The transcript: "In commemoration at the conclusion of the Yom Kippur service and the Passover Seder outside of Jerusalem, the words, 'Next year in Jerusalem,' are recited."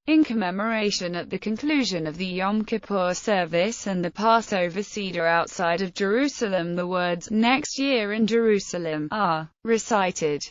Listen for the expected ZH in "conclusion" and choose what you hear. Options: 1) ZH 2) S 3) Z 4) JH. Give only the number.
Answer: 1